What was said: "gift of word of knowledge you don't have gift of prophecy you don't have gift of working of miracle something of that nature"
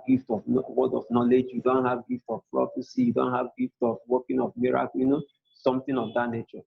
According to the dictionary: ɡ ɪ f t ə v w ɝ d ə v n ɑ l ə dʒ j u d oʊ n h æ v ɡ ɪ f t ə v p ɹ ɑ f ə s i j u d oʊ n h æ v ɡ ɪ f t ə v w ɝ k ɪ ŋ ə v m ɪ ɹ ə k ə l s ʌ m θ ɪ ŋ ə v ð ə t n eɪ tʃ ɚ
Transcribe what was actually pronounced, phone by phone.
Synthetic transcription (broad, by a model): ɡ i f t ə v w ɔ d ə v n ɑ l ə dʒ j u d oʊ n h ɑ v ɡ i f t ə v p ɹ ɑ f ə s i j u d oʊ n h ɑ v ɡ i f t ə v w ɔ k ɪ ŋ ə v m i ɹ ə k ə n s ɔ m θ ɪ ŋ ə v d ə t n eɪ tʃ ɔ